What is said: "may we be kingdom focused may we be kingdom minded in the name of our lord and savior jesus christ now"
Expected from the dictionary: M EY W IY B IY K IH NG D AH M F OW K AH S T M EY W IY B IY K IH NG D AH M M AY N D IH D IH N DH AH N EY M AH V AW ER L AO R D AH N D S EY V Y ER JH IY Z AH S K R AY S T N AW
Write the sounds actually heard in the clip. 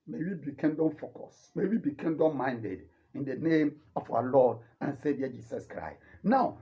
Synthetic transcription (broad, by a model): M EY W IY B IY K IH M D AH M F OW K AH S M EY W IY B IY K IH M D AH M M AY N D IH D IH N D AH N EY M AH F AW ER L AO D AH N S EY V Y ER JH IY S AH S K R AY S T N AW